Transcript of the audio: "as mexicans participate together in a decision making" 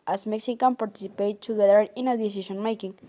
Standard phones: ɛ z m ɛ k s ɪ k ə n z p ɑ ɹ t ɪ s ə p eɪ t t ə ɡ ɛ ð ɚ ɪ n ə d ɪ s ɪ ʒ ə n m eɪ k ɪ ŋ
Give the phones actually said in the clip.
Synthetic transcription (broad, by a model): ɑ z m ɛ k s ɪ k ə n p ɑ ɹ t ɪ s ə p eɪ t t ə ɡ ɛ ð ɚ ɪ n ə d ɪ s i ʃ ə n m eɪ k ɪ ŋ